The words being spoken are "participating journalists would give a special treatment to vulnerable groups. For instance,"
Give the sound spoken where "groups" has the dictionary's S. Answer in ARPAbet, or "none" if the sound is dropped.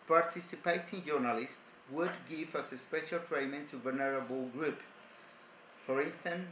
none